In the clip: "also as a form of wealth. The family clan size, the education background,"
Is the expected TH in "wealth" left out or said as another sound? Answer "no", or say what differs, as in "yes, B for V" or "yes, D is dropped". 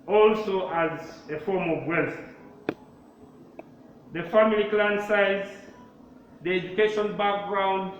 yes, S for TH